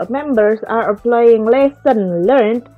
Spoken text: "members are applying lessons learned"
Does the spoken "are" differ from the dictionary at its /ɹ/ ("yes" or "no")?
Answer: no